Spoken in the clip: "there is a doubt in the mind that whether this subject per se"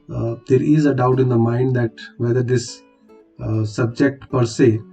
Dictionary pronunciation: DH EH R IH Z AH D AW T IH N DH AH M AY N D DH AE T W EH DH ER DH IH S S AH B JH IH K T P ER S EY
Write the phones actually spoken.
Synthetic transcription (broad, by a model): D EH R IH Z AH D AW T IH N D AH M AY N D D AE T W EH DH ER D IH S S AH B JH IH K T P ER S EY